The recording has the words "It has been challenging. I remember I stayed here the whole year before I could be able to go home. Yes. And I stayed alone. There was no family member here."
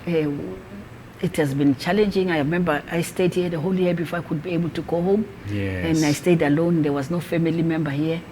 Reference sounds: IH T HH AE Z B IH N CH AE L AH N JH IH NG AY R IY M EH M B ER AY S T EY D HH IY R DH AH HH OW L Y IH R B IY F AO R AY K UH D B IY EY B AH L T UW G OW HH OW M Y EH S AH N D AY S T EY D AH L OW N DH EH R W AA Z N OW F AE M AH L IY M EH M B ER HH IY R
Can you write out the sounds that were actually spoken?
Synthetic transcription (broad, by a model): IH T HH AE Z B IH N CH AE L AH N JH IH NG AY R IY M EH M B ER AY S T EY D HH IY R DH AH HH OW L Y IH B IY F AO AY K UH D B IY EY B AH L T UW G OW HH OW M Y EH AH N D AY S T EY D AH L OW N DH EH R W AA Z N OW F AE M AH L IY M EH M B ER HH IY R